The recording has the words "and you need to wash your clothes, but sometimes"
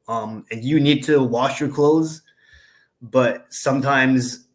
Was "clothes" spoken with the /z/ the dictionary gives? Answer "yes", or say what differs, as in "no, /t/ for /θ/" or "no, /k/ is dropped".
yes